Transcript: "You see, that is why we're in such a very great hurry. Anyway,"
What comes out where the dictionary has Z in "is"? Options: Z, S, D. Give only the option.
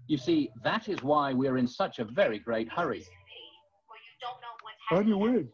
Z